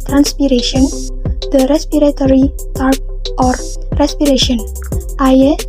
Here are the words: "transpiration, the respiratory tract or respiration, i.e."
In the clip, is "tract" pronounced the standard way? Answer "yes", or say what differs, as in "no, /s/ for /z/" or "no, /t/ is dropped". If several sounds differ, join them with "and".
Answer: no, /ɹ/ is dropped